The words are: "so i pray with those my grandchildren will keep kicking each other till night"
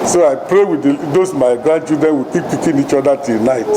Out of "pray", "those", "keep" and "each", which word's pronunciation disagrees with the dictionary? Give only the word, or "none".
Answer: those